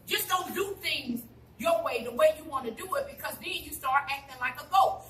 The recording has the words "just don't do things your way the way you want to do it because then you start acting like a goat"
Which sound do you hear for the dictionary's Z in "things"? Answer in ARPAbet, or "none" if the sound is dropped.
Z